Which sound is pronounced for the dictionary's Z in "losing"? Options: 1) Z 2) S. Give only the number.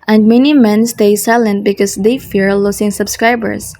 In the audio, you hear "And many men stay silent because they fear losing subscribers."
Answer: 2